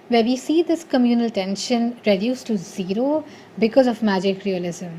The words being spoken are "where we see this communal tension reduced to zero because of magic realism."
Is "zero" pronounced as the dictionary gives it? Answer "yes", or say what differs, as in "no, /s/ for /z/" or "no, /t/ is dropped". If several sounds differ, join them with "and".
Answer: yes